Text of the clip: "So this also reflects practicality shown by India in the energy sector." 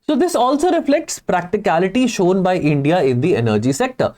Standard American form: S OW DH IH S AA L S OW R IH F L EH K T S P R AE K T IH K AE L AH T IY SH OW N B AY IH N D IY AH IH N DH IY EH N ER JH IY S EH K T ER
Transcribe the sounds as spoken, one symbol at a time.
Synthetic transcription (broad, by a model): S OW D IH S AA L S OW R IH F L EH K T S P R AE K T IH K AE L AH T IY SH OW N B AY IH N D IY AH IH N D IY EH N ER JH IY S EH K T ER